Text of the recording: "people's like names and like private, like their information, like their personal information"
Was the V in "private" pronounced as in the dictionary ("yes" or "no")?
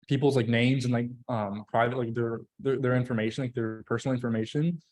yes